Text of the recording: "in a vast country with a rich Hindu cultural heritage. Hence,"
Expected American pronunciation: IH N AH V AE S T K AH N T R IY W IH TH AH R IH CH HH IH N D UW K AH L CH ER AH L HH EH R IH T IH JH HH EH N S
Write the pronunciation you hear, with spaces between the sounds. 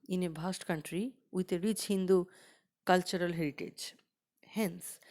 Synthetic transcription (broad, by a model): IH N AH B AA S T K AH N T R IY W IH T AH R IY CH HH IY N D UW K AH L CH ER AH L HH EH R IH T IH JH HH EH N S